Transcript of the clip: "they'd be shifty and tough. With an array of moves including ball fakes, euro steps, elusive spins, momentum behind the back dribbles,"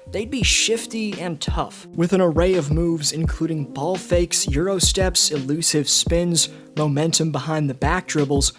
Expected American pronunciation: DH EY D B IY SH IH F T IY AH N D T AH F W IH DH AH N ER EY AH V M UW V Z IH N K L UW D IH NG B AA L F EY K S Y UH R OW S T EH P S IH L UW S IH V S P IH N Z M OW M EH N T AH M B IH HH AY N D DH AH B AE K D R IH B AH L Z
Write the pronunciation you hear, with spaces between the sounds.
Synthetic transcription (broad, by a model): DH EY D B IY SH IH F T IY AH N T AH F W IH DH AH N ER EY AH V M UW V Z IH N K L UW D IH NG B AA L F EY K S Y UH R OW S T EH P S IH L UW S IH V S P IH N Z M OW M EH N T AH M B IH HH AY N DH AH B AE K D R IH B L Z